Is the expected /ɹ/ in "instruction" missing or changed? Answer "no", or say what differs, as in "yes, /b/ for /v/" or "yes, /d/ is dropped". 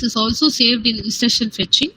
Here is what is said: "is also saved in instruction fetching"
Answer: yes, /ɹ/ is dropped